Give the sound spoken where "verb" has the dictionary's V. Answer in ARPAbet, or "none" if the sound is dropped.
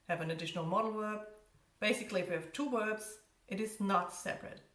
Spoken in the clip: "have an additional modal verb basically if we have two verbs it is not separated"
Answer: W